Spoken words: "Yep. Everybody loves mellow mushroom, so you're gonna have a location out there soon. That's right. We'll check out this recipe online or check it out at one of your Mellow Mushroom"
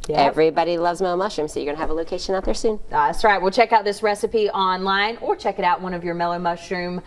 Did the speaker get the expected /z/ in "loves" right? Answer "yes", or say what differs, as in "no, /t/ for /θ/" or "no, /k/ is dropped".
yes